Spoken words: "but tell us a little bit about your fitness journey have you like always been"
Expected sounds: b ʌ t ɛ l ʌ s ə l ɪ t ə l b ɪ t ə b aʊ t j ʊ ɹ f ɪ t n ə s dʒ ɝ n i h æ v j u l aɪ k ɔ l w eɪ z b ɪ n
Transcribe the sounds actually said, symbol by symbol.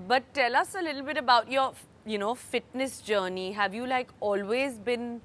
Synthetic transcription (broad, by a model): b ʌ t ɛ l ʌ s ə l ɪ t l b ɪ t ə b aʊ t j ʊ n f ɪ t n ə s dʒ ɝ n i h æ v j u l aɪ k ɔ l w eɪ z b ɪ n